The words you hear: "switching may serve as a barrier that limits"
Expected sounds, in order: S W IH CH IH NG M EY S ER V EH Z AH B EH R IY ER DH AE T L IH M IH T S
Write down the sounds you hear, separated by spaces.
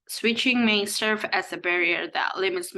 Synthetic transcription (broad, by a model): S W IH CH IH NG M EY S ER V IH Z AH B EH R IY ER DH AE T L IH M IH T S